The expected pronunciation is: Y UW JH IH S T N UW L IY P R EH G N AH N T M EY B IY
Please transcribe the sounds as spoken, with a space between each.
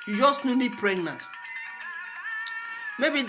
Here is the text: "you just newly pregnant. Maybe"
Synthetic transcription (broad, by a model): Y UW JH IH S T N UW N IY P R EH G N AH T M EY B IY